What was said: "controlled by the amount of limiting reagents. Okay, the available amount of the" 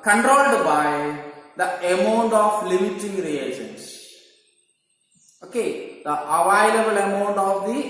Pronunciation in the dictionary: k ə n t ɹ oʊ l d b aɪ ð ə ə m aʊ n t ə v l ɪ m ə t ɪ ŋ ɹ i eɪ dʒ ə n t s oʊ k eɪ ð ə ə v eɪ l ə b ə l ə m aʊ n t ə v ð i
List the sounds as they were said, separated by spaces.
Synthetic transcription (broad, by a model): k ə n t ɹ oʊ l d b aɪ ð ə ə m aʊ n t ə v l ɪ m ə t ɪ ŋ ɹ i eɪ ʃ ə n s oʊ k eɪ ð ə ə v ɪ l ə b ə l ə m aʊ n t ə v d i